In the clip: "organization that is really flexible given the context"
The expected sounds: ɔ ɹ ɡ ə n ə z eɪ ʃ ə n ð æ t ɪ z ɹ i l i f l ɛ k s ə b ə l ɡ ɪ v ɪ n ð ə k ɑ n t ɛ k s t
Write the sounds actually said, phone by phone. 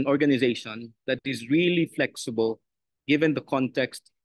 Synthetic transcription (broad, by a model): ɔ ɹ ɡ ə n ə z eɪ ʃ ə n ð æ t ɪ z ɹ i l i f l ɛ k s ə b ə l ɡ ɪ v ɪ n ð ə k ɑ n t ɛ k s t